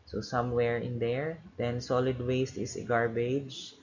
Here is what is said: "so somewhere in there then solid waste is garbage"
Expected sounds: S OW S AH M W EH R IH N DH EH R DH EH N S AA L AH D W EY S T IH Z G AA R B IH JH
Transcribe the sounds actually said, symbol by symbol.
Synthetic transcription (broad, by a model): S OW S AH M W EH R IH N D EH R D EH N S AA L AH D W EY S T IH S G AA R B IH JH